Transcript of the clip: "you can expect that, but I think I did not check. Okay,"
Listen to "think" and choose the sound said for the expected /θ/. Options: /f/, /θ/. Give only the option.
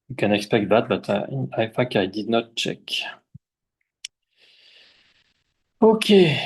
/f/